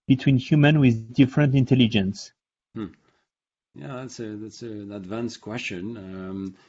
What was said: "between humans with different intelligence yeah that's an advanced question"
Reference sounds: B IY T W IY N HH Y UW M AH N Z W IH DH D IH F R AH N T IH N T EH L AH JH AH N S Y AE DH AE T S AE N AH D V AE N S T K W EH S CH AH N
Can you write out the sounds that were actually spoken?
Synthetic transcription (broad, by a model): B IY T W IY N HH Y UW M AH N W IH DH D IH F R AH N T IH N T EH L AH JH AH N S Y AE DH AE T S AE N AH D V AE N S K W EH S CH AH N